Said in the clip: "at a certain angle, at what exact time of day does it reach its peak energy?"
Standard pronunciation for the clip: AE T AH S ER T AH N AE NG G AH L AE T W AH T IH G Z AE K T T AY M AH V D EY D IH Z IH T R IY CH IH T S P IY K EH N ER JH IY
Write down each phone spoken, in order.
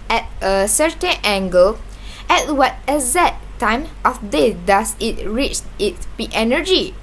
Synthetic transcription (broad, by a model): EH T AH S ER T AH N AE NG G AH L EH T W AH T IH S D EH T T AY M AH F D EY D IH S IH T R IY CH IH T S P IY EH N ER JH IY